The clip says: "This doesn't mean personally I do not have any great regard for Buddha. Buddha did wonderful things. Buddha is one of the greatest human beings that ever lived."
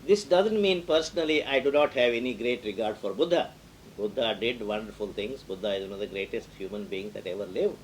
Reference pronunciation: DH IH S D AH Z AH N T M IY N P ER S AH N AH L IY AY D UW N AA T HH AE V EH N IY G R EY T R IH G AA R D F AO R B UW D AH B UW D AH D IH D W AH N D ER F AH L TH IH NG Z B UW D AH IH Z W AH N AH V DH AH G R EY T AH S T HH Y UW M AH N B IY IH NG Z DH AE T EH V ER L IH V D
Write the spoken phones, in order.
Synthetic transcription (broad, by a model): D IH S D AH Z AH N T M IY N P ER S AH N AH L IY AY D UW N AA T HH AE V EH N IY G R EY T R IH G AA R D F AO R B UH D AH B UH D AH D IH D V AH N D ER F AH L T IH NG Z B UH D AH IH Z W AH N AH V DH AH G R EY T AH S T HH Y UW M AH N B IY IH NG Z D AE T EH V ER L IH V